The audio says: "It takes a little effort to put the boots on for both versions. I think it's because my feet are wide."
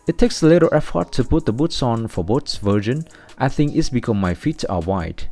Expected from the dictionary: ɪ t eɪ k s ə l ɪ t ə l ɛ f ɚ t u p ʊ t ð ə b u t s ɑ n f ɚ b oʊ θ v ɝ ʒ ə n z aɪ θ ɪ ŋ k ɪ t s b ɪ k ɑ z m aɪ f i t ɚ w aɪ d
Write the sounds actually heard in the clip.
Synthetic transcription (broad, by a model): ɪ t eɪ k s ə l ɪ t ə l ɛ f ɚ t u p ʊ t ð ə b u t s ɑ n f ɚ b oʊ s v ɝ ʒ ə n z aɪ θ ɪ ŋ k ɪ t s b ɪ k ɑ m aɪ f i t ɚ w aɪ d